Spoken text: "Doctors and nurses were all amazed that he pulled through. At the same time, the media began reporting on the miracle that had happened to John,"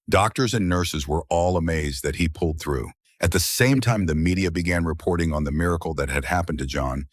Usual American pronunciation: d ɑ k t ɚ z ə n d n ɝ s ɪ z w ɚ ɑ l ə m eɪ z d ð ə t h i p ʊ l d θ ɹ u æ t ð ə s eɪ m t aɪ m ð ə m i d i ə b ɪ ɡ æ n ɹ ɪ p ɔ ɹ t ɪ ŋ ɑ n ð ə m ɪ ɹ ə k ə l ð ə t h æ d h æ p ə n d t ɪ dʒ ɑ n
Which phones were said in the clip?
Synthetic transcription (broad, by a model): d ɑ k t ɚ z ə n n ɝ s ɪ z w ɚ ɑ l ə m eɪ z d ð ə t h i p ʊ l d θ ɹ u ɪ t ð ə s eɪ m t aɪ m ð ə m i d i ə b ɪ ɡ æ n ɹ ɪ p ɔ ɹ t ɪ ŋ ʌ n ð ə m ɪ ɹ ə k l ð ə t h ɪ d h æ p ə n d t ɪ dʒ ɑ n